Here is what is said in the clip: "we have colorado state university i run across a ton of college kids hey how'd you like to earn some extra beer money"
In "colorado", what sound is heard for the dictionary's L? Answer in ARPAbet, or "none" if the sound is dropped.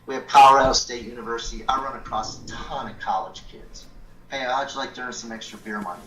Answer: none